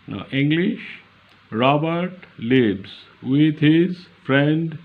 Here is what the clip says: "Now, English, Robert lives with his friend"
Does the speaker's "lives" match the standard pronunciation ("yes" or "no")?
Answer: no